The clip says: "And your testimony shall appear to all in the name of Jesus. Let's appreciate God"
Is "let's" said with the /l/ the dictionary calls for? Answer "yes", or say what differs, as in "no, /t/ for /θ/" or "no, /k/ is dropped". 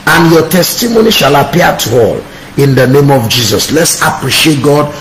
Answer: yes